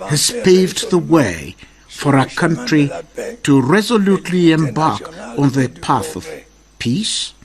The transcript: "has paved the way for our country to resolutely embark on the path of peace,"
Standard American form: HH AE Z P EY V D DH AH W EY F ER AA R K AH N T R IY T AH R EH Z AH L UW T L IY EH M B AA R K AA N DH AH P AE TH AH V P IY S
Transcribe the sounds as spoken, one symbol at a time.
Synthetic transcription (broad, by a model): HH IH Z P EY V D DH AH W EY F ER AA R K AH N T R IY T AH R EH Z AH L UW T L IY EH M B AA R K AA N DH AH P AE TH AH V P IY S